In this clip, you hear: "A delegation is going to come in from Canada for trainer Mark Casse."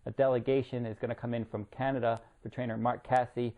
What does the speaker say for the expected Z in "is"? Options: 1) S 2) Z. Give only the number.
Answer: 2